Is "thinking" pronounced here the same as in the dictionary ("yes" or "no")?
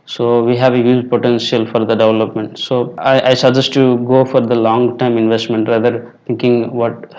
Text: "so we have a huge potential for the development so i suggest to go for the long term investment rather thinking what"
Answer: no